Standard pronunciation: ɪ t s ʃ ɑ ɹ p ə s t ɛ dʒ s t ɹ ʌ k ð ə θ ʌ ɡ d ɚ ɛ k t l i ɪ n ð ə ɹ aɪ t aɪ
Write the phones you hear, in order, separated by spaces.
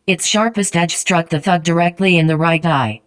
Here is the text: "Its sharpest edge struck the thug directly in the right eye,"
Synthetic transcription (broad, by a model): ɪ t s ʃ ɑ ɹ p ə s t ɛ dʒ s t ɹ ʌ k ð ə θ ʌ ɡ d ɚ ɛ k t l i ɪ n ð ə ɹ aɪ t aɪ